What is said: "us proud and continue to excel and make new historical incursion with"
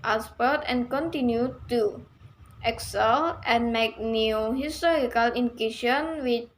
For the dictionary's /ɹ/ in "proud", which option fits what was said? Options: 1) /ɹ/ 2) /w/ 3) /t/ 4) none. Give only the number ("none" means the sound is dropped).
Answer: 4